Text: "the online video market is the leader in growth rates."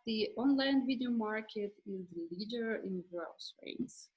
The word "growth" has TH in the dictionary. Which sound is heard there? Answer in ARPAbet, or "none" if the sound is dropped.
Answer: S